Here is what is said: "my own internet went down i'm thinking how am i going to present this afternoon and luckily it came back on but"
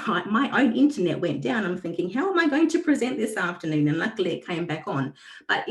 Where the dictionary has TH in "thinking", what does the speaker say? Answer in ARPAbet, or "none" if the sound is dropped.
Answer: TH